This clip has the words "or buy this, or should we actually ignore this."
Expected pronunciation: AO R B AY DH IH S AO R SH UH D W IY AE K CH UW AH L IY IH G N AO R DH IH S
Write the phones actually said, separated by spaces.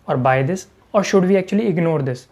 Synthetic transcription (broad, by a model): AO R B AY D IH S AO R SH UH D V IY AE K CH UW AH L IY IH G N AO R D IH S